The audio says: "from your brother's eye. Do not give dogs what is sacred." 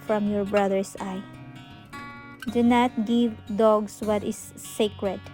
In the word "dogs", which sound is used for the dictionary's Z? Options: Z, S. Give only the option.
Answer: S